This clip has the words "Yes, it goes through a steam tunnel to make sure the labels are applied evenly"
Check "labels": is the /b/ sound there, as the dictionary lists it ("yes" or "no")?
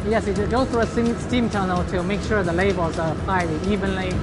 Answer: no